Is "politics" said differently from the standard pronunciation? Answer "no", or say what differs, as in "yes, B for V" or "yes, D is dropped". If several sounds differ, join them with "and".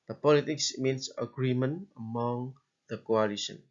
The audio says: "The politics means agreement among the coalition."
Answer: no